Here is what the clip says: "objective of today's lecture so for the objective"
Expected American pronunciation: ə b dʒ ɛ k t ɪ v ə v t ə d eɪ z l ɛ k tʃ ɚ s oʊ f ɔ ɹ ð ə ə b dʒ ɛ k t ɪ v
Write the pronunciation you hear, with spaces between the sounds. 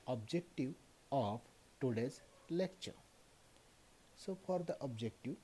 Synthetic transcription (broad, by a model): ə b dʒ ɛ k t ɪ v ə p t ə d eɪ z l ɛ k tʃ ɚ s oʊ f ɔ ɹ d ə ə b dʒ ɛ k t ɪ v